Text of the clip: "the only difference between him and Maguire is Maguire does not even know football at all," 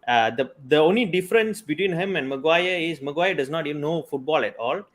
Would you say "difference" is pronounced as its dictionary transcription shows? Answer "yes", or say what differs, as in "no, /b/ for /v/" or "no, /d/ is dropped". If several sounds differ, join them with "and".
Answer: yes